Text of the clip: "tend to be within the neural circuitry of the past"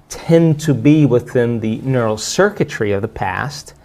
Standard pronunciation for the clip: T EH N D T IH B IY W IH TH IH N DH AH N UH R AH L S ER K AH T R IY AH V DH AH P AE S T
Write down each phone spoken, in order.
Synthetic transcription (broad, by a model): T EH N T IH B IY W IH TH IH N DH AH N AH R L S ER K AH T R IY AH V DH AH P AE S T